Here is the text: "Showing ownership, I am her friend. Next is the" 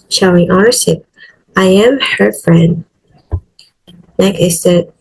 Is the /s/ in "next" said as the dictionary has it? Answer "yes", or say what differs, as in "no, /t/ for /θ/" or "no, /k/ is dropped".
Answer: no, /s/ is dropped